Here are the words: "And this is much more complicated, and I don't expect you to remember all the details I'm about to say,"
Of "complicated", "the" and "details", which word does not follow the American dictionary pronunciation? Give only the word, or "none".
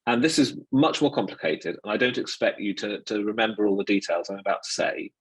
none